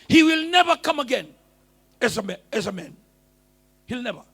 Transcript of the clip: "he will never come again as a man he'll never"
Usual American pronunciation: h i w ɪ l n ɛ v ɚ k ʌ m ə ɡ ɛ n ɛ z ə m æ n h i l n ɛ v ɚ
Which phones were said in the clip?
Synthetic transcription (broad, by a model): h i w ɪ l n ɛ v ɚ k ʌ m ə ɡ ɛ n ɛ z ə m æ n h i l n ɛ v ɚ